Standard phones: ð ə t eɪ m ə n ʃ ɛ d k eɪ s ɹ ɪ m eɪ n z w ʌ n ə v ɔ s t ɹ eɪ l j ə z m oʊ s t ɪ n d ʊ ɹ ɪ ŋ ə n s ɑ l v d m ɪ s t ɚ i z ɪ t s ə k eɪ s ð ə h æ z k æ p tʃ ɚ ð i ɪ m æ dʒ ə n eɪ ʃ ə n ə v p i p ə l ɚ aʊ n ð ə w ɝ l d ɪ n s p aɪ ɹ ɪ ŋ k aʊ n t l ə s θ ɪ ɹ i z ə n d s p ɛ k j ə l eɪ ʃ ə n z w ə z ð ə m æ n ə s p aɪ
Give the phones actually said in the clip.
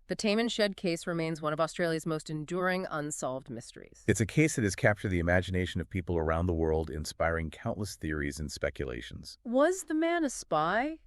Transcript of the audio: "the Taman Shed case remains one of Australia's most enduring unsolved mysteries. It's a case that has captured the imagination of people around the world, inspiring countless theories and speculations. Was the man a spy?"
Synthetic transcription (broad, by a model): ð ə t eɪ m ə n ʃ ɛ d k eɪ s ɹ ɪ m eɪ n z w ʌ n ə v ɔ s t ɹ eɪ l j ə z m oʊ s t ɪ n d ʊ ɹ ɪ ŋ ə n s ɑ l v d m ɪ s t ɚ i z ɪ t s ə k eɪ s ð ə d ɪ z k æ p tʃ ɚ ð i ɪ m æ dʒ ə n eɪ ʃ ə n ə v p i p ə l ɚ aʊ n ð ə w ɝ l d ɪ n s p aɪ ɹ ɪ ŋ k aʊ n t l ə s θ ɪ ɹ i z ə n s p ɛ k j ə l eɪ ʃ n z w ə z ð ə m æ n ə s p aɪ